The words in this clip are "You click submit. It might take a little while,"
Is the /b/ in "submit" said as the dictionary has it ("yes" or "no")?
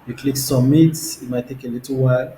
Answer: no